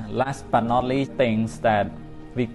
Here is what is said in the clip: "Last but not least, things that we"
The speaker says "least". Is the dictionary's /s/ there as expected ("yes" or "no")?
no